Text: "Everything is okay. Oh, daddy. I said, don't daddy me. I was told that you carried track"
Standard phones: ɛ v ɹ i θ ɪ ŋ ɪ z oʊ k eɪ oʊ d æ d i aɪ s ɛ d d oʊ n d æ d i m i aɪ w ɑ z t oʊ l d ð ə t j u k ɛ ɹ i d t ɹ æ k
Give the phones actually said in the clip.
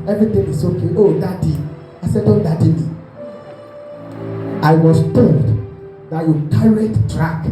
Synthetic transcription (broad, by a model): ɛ v ɹ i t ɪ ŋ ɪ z oʊ k eɪ oʊ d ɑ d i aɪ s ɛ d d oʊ l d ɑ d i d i aɪ w ɑ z t oʊ l d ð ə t j u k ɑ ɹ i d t ɹ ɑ k